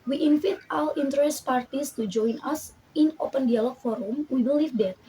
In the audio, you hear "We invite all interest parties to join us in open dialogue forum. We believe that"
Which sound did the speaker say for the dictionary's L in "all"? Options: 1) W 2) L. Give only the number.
1